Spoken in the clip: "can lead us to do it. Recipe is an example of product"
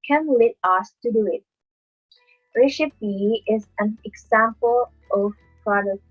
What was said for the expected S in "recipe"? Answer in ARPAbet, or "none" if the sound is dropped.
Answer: SH